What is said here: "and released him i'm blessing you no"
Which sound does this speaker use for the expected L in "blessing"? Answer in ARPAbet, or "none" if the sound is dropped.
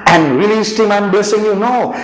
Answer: none